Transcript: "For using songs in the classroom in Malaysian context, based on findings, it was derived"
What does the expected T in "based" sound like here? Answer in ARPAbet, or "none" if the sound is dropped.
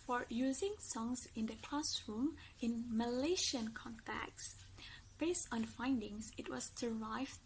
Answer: T